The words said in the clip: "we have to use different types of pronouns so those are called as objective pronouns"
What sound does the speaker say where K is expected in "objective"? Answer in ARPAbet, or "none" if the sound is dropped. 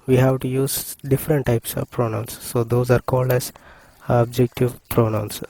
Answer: K